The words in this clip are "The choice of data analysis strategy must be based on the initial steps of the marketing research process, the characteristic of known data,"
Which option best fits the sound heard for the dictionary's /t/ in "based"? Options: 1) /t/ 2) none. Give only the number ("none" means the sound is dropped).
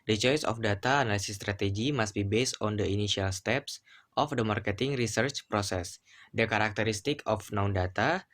1